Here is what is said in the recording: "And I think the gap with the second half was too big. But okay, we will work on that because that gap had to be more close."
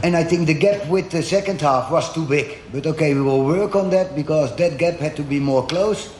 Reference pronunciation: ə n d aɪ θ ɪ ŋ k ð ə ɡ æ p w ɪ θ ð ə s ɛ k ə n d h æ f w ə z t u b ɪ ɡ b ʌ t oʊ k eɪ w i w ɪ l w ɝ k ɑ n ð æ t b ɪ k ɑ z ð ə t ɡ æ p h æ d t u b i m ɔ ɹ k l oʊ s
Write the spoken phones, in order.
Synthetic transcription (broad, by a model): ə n aɪ θ ɪ ŋ k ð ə ɡ æ p w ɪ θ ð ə s ɛ k ə n d h æ f w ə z t u b ɪ ɡ b ʌ t oʊ k eɪ w i w ɪ l w ɝ k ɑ n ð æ t b ɪ k ɑ z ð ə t ɡ æ p h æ d t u b i m ɔ ɹ k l oʊ s